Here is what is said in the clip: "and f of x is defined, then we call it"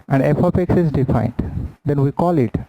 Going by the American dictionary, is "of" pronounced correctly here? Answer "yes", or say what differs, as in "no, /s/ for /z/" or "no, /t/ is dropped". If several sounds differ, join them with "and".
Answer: no, /p/ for /v/